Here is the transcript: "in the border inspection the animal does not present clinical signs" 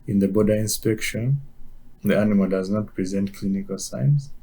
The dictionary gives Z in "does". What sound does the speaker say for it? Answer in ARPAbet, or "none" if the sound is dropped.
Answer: Z